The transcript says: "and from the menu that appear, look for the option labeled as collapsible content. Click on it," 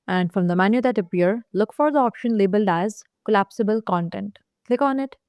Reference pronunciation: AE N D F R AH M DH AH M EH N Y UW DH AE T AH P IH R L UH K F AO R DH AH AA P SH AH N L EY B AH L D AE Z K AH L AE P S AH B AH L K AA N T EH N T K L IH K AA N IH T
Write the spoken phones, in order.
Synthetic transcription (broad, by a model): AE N D F R AH M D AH M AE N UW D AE T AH P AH R L UH K F AO R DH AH AA P SH AH N L EY B AH L D AE Z K AH L AE P S AH B AH L K AA N T EH N T K L IH K AA N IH T